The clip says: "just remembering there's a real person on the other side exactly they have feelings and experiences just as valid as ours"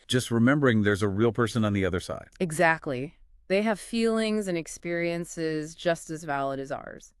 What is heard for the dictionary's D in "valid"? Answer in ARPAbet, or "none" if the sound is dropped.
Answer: D